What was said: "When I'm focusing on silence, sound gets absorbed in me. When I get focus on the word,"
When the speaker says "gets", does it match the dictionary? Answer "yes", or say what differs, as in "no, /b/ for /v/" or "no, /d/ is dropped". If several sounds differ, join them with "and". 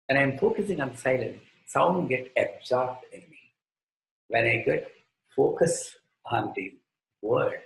no, /s/ is dropped